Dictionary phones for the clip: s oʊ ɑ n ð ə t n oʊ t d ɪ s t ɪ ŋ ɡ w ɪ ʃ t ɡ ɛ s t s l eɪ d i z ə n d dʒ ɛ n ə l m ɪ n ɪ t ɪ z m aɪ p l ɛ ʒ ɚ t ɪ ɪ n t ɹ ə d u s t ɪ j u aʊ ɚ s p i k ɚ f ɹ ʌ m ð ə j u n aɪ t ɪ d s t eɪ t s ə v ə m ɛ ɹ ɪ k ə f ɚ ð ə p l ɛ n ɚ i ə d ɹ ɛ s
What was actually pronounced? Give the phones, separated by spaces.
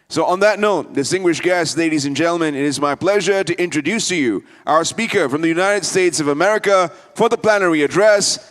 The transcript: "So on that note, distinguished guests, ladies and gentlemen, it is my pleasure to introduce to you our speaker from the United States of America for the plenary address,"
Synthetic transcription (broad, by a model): s oʊ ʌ n ð ə t n oʊ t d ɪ s t ɪ ŋ ɡ w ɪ ʃ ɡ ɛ s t l eɪ d i z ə n dʒ ɛ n l m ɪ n ɪ t ɪ z m aɪ p l ɛ ʒ ɚ t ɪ ɪ n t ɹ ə d u s t ɪ j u aʊ ɚ s p i k ɚ f ɹ ʌ m ð ə j u n aɪ t ɪ d s t eɪ t s ə v ə m ɛ ɹ ɪ k ə f ɚ ð ə p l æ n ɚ i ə d ɹ ɛ s